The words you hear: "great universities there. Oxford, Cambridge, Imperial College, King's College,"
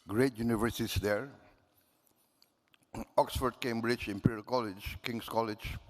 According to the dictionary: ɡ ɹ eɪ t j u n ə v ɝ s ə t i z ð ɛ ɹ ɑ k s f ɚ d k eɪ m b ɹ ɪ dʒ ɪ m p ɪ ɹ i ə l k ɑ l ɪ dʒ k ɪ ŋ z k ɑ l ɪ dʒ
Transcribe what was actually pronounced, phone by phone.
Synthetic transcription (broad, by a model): ɡ ɹ eɪ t j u n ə v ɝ s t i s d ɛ ɹ ɑ k s f ɚ d k eɪ m b ɹ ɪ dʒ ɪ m p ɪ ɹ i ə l k ɑ l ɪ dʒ k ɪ ŋ s k ɑ l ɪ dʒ